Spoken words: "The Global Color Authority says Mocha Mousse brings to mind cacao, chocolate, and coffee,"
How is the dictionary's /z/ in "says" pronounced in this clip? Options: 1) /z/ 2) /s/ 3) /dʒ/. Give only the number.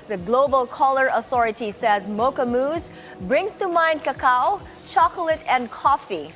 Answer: 1